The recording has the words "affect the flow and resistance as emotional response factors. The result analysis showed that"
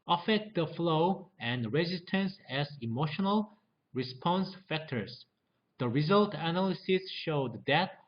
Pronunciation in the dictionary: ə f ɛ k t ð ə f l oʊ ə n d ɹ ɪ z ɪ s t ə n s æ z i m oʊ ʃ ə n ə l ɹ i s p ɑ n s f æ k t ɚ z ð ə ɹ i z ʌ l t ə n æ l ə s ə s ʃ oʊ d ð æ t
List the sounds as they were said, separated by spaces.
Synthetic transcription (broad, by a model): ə f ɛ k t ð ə f l oʊ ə n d ɹ ɪ z ɪ s t ə n s æ z i m oʊ ʃ ə n ə l ɹ i s p ɑ n s f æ k t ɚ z ð ə ɹ i z ʌ l t ə n æ l ə s ə s ʃ oʊ d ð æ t